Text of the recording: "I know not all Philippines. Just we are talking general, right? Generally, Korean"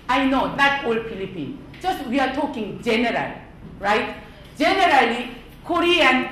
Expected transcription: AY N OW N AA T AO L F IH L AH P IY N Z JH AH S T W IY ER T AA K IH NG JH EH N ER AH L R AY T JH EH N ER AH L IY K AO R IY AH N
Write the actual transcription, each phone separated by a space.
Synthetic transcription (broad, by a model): AY N OW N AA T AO L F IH L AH P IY N JH AH S T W IY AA T AA K IH NG JH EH N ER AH L R AY T JH EH N ER AH L IY K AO R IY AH N